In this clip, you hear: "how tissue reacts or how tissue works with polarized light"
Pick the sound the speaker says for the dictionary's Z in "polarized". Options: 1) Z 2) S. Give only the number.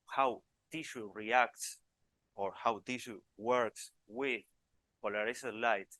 2